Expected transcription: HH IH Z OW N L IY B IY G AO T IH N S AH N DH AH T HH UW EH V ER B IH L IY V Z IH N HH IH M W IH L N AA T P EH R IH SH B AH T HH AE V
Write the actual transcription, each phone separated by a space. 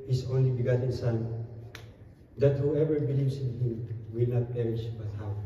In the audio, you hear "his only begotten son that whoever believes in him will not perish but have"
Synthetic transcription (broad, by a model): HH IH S OW N L IY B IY G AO T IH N S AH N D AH T HH UW EH V ER B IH L IY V S IH N HH IH M W IH L N AA T P EH R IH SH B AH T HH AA